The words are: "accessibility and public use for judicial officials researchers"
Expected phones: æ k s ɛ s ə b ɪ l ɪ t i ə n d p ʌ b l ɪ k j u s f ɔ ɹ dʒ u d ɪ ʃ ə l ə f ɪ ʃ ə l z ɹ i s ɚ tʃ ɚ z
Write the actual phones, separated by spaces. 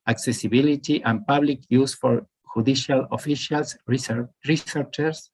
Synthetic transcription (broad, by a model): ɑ k s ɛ s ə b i l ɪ t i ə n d p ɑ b l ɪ k j u s f ɔ ɹ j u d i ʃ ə l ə f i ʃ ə l s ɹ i s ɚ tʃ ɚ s